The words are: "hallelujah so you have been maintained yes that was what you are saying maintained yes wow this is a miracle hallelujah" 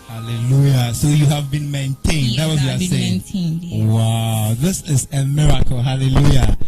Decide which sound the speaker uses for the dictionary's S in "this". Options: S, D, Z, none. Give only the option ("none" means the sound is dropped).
S